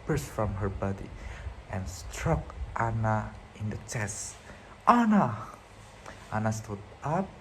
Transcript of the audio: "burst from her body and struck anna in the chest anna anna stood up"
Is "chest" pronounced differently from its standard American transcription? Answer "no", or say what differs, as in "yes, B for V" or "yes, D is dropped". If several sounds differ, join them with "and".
no